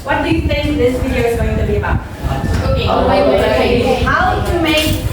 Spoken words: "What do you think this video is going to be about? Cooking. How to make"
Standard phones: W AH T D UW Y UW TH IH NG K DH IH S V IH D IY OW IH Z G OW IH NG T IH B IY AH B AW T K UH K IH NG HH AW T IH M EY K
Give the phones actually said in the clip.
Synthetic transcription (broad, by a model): W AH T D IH Y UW TH IH NG K DH IH S V IH D IY OW IH Z G OW IH NG T IH B IY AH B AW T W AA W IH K HH AW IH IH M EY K